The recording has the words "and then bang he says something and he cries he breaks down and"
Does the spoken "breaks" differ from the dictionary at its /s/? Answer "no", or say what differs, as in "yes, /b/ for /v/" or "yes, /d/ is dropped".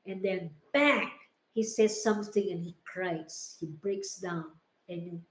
no